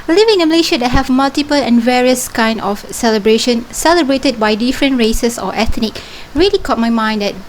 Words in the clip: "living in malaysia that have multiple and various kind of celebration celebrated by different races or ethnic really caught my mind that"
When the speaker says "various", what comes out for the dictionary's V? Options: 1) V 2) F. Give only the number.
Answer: 1